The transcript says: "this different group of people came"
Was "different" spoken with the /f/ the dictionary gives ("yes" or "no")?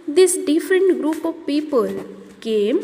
yes